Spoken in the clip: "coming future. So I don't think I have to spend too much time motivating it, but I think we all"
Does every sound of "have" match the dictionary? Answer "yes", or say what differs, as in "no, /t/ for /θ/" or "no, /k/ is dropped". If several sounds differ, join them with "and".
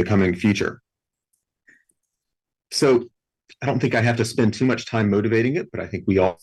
no, /f/ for /v/